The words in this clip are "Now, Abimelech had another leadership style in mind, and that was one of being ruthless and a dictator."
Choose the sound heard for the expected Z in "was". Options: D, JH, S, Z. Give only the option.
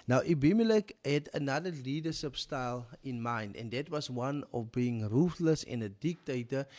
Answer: S